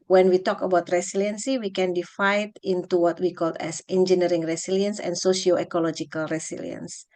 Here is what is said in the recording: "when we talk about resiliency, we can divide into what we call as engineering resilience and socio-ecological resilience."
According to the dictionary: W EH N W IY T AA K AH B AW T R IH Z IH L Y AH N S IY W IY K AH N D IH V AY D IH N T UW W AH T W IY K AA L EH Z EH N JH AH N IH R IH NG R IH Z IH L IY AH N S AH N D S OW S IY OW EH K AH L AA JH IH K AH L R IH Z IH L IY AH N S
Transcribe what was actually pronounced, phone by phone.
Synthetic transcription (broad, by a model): W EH N W IY T AA K AH B AW T R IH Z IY L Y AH N S IY W IY K AH N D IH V AY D IH N T UW W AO T W IY K AA L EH S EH N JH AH N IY R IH NG R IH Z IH L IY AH N S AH N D S OW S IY OW EH K AH L AA JH IH K AH L R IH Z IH L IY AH N S